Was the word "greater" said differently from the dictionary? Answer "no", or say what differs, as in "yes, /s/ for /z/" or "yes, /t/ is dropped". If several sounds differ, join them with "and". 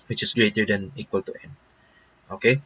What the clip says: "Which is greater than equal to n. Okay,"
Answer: no